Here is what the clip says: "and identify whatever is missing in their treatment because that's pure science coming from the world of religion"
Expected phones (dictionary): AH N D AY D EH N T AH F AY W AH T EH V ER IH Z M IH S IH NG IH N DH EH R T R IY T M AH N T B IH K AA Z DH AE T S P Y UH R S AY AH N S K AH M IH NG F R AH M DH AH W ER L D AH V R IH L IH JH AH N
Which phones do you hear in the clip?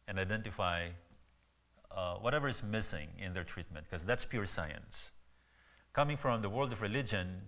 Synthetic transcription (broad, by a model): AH N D AY D EH N T AH F AY W AH T EH V ER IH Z M IH S IH NG IH N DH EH R T R IY T M AH N T K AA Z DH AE T S P Y UH R S AY AH N S K AH M IH NG F R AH M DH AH W ER L D AH V R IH L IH JH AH N